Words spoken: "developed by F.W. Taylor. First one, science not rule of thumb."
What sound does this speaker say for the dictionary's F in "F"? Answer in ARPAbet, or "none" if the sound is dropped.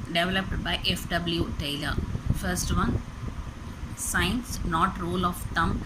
F